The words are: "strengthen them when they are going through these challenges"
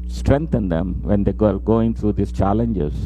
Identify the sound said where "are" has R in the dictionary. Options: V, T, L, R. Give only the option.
L